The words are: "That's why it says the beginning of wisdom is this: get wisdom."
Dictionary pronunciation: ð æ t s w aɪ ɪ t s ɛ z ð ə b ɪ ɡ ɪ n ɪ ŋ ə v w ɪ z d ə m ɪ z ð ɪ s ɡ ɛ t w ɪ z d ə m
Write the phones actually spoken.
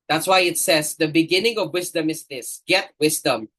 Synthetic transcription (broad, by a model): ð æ t s w aɪ ɪ t s ɛ z ð ə b ɪ ɡ ɪ n ɪ ŋ ə v w ɪ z d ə m ɪ z ð ɪ s ɡ ɛ t w ɪ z d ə m